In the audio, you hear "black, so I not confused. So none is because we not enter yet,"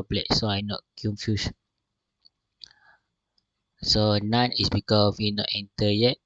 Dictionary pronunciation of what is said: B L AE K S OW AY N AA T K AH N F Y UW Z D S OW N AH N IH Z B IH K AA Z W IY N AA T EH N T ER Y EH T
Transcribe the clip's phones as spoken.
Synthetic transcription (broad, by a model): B L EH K S OW AY N AA T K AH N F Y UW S S OW N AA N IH S B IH K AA W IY N AA T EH N T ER Y EH T